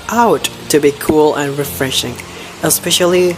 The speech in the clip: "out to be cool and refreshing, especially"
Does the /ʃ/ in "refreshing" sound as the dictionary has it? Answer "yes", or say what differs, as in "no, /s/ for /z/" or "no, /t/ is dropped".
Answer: yes